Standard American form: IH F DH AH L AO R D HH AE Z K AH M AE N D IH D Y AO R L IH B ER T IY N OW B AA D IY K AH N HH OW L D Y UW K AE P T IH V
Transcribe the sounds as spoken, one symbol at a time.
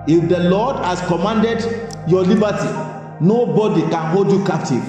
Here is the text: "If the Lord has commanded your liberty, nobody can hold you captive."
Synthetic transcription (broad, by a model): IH F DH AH L AO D HH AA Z K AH M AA N D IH D Y AO L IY B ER T IY N OW B AA D IY K AH N HH OW L D Y UW K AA P T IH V